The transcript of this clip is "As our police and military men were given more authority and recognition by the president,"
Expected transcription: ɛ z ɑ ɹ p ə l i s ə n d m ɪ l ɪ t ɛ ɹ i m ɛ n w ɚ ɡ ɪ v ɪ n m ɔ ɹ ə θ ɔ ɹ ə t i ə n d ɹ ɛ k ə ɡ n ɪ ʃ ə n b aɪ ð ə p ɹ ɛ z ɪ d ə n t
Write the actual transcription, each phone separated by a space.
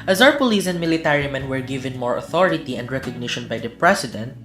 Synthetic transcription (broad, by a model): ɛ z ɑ w p ə l i s ə n d m ɪ l ɪ t ɛ ɹ i m ɛ n w ɚ ɡ ɪ v ɪ n m ɔ ɹ ə θ ɔ ɹ ə t i ə n d ɹ ɛ k ə ɡ n ɪ ʃ ə n b aɪ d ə p ɹ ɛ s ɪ d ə n t